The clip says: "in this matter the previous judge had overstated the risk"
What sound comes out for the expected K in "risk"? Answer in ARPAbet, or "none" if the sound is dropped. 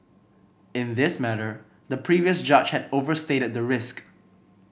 K